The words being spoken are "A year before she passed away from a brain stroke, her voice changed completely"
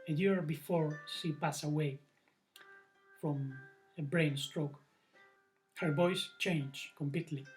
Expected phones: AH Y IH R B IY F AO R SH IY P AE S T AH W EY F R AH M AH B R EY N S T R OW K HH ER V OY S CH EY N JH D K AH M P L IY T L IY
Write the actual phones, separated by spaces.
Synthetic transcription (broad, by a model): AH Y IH R B IY F AO R SH IY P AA S AH W EY F R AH M AH B R EY N S T R OW K HH ER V OY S CH EY N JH K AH M P L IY T L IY